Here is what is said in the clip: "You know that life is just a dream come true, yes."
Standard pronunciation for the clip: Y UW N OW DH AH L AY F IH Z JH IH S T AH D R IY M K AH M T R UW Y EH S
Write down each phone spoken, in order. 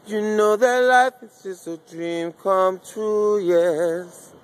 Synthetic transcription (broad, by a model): Y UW N OW DH AH L AY F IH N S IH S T AH D R IY M K AH M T UW Y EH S